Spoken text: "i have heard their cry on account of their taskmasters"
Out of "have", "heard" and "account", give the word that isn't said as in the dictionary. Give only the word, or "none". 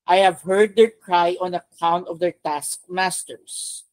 none